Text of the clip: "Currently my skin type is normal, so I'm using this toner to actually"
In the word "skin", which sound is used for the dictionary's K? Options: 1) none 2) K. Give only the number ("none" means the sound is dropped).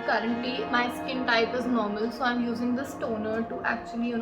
2